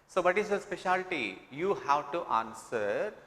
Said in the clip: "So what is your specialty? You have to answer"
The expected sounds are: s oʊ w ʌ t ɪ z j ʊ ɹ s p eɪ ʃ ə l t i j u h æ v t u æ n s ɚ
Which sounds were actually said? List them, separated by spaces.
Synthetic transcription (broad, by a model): s oʊ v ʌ t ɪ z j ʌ s p eɪ ʃ ə l t i j u h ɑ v t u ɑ n s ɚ